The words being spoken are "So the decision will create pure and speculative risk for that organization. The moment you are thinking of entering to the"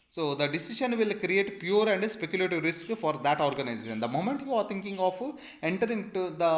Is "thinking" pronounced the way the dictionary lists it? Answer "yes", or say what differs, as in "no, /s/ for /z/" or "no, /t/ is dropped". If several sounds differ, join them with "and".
no, /t/ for /θ/